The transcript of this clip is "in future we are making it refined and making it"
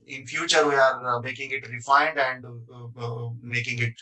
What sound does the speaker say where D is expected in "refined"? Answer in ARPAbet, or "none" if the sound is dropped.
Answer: D